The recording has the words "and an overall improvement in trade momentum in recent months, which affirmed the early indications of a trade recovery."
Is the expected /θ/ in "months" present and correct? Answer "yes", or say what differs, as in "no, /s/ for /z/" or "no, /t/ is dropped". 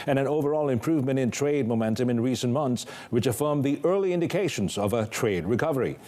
yes